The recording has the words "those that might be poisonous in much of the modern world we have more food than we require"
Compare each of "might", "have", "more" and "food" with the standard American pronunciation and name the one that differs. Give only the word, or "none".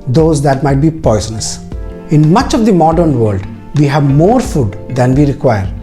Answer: none